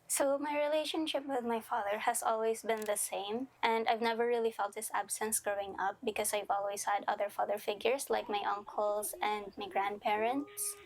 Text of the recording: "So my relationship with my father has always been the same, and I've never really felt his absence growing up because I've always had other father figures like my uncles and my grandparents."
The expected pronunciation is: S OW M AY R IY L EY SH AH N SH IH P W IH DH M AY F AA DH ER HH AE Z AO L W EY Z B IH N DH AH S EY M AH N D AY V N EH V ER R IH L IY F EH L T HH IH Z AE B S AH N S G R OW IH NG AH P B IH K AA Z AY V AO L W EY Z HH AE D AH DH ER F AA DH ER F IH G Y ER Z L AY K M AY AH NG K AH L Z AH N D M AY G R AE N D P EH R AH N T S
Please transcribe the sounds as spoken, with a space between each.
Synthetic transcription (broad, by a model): S OW M AY R IY L EY SH AH N SH IH P W IH DH M AY F AA DH ER HH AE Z AO L W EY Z B IH N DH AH S EY M AH N D AY V N EH V ER R IH L IY F EH L T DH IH S AE B S AH N S G R OW IH NG AH P B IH K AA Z AY V AO L W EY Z HH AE D AH DH ER F AA DH ER F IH G Y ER S L AY K M AY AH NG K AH L S AH N D M AY G R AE N D P EH R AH N T S